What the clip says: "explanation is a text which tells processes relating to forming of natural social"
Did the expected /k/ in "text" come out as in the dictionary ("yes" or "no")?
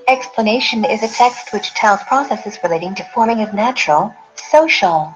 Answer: yes